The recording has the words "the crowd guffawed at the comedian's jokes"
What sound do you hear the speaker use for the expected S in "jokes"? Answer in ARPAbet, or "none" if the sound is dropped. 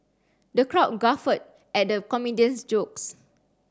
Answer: S